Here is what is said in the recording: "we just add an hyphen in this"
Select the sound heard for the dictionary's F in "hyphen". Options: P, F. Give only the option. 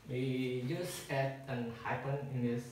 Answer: P